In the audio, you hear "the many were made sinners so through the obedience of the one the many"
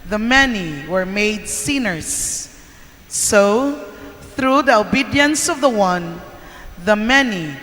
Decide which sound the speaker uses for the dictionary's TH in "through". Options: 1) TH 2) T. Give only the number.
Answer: 1